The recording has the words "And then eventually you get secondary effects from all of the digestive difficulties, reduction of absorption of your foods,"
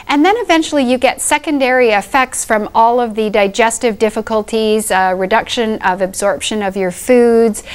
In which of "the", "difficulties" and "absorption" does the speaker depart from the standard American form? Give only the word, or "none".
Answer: none